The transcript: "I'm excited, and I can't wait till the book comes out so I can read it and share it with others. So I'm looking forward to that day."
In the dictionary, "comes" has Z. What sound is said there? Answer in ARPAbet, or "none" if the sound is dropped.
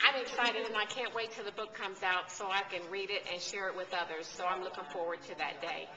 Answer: Z